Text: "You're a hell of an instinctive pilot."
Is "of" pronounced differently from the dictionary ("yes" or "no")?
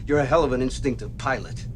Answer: no